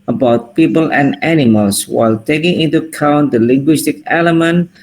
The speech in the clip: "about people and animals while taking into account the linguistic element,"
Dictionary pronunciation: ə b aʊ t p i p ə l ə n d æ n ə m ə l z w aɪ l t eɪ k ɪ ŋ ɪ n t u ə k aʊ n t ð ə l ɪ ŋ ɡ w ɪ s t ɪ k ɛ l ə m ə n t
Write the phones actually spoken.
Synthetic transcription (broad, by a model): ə b aʊ t p i p ə l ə n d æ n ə m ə l s w aɪ l t eɪ k ɪ ŋ ɪ n t u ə k aʊ n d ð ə l ɪ ŋ ɡ w ɪ s t ɪ k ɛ l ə m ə n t